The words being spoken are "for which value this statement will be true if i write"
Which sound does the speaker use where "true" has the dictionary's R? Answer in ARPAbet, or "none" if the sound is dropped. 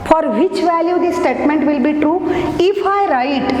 R